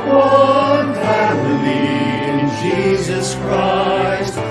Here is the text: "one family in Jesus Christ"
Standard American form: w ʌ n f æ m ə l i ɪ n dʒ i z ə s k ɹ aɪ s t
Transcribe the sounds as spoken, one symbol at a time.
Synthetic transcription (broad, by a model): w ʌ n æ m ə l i ɪ n dʒ i z ə s k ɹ aɪ s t